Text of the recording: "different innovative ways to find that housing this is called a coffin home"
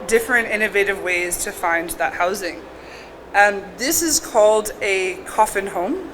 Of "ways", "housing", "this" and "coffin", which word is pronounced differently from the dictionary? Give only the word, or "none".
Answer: none